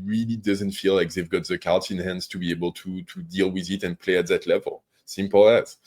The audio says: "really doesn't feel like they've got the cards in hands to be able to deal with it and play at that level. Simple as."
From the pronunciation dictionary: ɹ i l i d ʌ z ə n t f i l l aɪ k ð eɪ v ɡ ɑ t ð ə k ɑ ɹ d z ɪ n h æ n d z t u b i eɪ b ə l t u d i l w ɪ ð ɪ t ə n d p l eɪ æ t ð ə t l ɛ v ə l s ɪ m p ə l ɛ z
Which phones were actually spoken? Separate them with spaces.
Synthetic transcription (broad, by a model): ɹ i l i d ʌ z ə n t f i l l aɪ k ð eɪ v ɡ ɑ t ð ə k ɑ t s ɪ n h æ n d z t u b i eɪ b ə l t u d i l w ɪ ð ɪ t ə n p l eɪ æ t ð ə t l ɛ v ə l s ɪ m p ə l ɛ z